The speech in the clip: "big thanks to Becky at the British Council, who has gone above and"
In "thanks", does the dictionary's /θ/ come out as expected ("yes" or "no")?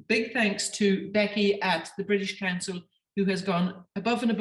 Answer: yes